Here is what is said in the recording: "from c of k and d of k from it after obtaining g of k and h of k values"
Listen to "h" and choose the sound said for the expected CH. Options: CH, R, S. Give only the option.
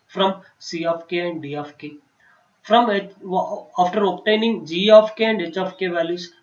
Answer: CH